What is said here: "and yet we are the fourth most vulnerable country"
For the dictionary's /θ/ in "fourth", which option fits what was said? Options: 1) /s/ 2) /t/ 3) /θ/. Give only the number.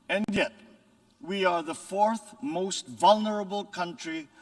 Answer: 3